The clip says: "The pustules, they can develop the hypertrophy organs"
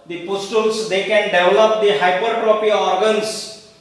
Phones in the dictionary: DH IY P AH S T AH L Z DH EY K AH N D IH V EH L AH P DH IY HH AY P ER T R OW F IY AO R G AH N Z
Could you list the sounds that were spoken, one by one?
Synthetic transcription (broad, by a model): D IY P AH S T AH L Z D EY K AH N D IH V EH L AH P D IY HH AY P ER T R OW P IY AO R G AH N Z